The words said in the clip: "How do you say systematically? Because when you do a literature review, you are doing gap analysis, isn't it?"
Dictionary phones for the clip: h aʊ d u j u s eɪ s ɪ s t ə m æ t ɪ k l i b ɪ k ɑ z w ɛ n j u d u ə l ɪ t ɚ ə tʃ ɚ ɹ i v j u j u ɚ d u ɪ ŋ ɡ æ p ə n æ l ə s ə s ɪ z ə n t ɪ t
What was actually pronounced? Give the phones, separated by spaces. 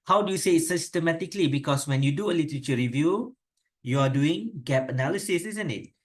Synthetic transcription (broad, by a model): h aʊ d u j u s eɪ s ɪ s t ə m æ t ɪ k l i b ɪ k ɑ s w ɛ n j u d u ə l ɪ t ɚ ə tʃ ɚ ɹ i v j u j u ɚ d u ɪ ŋ ɡ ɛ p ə n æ l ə s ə s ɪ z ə n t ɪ t